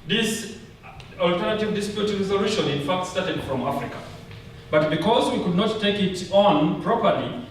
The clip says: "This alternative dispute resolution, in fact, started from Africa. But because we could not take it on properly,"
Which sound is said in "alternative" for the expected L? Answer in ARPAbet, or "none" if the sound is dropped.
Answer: L